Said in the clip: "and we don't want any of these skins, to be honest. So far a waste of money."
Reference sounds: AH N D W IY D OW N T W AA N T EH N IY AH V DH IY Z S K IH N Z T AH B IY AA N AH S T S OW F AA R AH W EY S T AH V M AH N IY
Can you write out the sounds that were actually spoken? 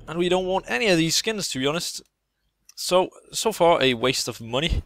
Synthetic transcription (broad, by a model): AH N W IY D OW N T W AA N T EH N IY AH V DH IY Z S K IH N Z T AH B IY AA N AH S T S OW F AA R AH W EY S T AH V M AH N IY